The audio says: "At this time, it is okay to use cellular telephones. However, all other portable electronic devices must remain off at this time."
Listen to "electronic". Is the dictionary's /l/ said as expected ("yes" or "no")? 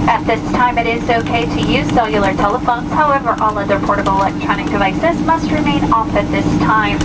no